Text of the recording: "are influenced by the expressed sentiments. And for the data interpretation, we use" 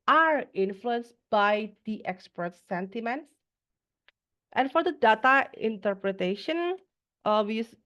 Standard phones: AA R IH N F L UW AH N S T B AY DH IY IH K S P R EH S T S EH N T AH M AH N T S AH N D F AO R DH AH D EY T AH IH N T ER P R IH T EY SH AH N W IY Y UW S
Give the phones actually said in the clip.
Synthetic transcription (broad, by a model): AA R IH N F L UW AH N S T B AY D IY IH K S P AH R T S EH N T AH M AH N T S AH N F AO R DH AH D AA T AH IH N T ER P R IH T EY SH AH N W IY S